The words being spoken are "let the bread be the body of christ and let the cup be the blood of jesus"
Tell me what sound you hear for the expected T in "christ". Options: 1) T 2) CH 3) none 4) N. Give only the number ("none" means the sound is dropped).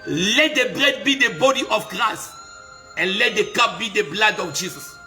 3